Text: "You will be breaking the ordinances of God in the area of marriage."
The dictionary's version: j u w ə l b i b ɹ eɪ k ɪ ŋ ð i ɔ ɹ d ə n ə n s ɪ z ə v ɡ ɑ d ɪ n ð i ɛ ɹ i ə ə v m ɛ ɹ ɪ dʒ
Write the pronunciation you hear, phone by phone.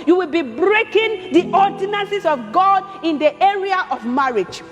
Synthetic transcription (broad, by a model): j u w ə l b i b ɹ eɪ k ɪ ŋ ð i ɔ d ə n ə n s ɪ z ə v ɡ ɑ d ɪ n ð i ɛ ɹ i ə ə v m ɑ ɹ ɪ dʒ